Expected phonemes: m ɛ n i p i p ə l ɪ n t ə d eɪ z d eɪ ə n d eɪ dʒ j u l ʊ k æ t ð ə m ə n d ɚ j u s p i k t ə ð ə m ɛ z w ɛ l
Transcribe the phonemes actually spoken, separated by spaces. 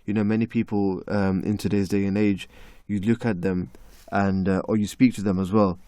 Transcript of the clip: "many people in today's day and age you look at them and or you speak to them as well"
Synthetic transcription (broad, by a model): m ɛ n i p i p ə l ɪ n t ə d eɪ z d eɪ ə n eɪ dʒ j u l ʊ k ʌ t ð ə m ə n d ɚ j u s p i k t ə ð ə m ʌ z w ɛ l